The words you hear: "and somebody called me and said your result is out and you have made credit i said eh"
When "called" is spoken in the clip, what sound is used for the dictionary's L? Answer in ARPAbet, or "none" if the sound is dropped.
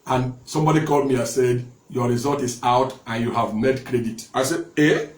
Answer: L